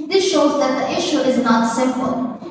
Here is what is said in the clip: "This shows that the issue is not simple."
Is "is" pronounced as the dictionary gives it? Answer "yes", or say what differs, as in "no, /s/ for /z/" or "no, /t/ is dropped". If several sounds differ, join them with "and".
yes